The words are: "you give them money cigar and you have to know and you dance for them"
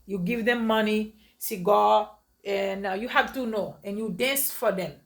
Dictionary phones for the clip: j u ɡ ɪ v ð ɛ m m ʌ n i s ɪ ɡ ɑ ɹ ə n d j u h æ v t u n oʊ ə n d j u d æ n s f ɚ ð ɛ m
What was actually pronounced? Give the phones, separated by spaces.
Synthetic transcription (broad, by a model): j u ɡ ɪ v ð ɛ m m ʌ n i s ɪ ɡ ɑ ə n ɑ j u h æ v t u n oʊ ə n j u d æ n s f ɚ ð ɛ m